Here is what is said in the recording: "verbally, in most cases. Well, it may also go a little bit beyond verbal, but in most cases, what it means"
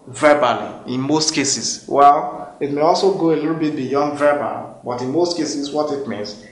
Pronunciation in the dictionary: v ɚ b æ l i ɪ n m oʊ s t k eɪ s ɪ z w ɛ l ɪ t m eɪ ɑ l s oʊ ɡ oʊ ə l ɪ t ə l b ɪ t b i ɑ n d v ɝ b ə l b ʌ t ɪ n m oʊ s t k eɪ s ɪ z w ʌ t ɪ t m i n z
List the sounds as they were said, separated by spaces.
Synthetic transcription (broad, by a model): v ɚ b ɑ l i ɪ n m oʊ s t k eɪ s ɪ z w ɛ l ɪ t m eɪ ɑ l s oʊ ɡ oʊ ə l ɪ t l b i t b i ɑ n d v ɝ b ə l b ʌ t ɪ n m oʊ s t k eɪ s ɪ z w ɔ t ɪ t m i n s